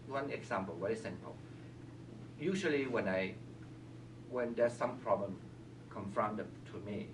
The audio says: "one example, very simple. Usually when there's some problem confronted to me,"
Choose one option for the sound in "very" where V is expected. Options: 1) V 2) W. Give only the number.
2